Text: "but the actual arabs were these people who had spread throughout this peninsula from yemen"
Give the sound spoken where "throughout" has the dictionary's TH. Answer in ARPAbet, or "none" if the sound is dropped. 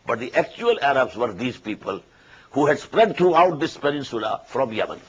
T